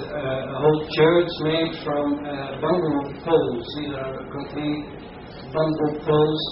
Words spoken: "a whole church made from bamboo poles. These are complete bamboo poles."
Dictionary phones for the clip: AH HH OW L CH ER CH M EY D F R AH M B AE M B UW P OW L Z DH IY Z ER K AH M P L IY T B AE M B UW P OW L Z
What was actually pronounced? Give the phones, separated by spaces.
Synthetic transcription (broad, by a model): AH HH OW L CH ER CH M EY D F R AH M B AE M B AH P OW L Z DH IY Z ER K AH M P N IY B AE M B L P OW L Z